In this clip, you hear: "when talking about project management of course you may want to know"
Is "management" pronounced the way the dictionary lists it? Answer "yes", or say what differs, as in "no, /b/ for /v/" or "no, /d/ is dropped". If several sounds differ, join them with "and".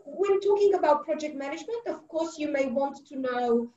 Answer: yes